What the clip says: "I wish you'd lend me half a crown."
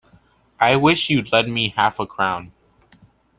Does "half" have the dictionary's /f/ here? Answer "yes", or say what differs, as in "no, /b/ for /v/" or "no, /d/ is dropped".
yes